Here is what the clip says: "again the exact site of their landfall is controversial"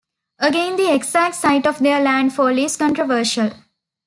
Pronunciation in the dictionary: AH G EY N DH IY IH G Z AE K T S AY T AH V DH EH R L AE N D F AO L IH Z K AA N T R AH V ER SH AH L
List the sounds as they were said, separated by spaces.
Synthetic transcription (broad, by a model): AH G EY N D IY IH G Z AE K T S AY T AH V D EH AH L AE N D F AO L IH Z K AA N T R AH V ER SH AH L